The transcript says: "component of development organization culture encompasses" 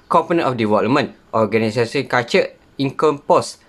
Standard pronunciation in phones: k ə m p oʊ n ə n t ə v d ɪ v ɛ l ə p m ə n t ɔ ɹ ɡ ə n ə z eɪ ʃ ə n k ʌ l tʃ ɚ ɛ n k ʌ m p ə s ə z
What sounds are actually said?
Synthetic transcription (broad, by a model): k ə m p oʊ n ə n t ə f d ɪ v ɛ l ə m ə n t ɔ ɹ ɡ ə n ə s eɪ s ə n k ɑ tʃ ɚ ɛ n k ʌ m p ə s